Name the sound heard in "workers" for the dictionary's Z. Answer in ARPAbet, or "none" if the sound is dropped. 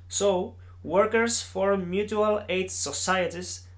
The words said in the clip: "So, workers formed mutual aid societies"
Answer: S